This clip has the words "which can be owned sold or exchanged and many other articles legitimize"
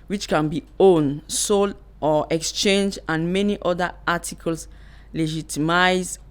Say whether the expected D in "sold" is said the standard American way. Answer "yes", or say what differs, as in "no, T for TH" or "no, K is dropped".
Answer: no, D is dropped